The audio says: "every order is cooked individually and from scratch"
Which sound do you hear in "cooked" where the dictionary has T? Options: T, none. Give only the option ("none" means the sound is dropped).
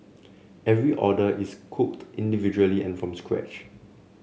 T